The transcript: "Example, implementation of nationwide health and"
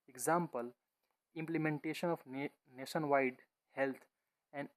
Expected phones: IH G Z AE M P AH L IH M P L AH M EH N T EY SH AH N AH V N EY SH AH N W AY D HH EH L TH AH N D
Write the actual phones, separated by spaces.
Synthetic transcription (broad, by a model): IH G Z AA M P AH L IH M P L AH M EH N T EY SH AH N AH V N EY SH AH N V AY D HH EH L T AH N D